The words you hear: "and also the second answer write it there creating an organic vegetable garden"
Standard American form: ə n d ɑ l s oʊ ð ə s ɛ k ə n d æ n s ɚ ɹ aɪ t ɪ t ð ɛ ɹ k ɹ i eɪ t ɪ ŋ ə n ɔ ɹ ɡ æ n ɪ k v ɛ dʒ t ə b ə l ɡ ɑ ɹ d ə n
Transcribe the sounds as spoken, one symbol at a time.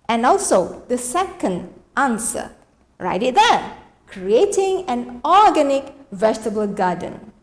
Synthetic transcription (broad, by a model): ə n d ɑ l s oʊ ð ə s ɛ k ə n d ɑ n s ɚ ɹ aɪ t ɪ t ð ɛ k ɹ i eɪ t ɪ ŋ ə n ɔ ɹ ɡ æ n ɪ k v ɛ dʒ t ə b ə l ɡ ɑ d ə n